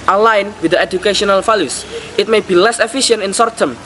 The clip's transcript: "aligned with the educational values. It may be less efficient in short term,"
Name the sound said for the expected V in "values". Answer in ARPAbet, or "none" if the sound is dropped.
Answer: F